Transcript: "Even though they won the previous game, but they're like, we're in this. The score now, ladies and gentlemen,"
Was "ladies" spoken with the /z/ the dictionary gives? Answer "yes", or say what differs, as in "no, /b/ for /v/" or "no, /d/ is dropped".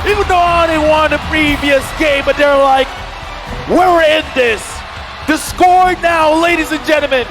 yes